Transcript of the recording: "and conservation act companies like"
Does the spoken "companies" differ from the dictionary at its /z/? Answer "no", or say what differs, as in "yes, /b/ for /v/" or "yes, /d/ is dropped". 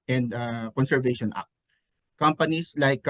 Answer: yes, /s/ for /z/